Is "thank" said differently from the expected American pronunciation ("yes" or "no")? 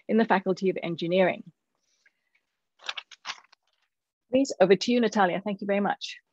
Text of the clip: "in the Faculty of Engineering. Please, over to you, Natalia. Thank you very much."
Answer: no